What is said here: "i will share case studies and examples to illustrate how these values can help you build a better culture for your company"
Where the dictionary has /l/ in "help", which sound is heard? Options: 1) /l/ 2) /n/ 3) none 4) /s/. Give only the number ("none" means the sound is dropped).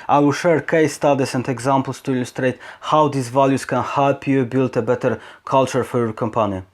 3